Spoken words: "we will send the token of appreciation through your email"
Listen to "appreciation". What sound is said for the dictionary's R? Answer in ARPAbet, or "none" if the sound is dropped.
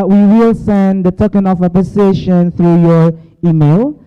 none